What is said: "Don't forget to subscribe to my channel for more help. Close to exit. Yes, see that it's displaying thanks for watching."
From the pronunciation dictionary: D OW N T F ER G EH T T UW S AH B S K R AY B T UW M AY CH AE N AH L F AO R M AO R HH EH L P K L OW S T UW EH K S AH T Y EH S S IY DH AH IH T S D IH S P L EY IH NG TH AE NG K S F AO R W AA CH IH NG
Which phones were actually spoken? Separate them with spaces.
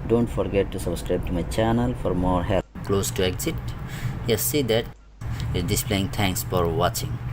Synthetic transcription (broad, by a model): D OW N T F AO G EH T T UW S AH B S K R AY B T UW M AY CH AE N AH L F AO R M AO R HH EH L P K L OW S T UW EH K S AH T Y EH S S IY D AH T D IH S P L EY IH NG T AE NG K S F AO R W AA CH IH NG